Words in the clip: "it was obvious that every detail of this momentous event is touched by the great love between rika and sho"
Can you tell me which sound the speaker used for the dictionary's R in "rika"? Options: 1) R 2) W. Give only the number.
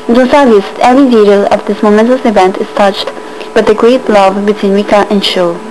2